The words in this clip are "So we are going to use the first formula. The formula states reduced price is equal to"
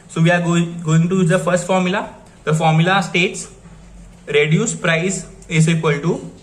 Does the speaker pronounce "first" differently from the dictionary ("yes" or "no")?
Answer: no